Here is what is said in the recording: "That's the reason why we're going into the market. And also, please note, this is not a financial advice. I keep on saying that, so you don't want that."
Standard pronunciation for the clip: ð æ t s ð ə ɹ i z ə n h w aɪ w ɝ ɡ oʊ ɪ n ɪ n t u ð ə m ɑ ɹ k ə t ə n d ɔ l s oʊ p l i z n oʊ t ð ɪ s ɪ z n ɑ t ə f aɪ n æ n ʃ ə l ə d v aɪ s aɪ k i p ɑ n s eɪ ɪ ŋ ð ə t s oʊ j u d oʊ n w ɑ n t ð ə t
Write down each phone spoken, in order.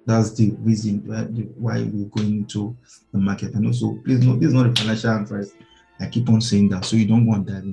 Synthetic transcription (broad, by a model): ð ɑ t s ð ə ɹ i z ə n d w aɪ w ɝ ɡ oʊ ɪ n ɪ n t u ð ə m ɑ k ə t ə n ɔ s oʊ p l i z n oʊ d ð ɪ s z n ɑ t ə f aɪ n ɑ n ʃ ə l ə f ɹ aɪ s aɪ k i p ɑ n s eɪ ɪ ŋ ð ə t s oʊ j u d oʊ n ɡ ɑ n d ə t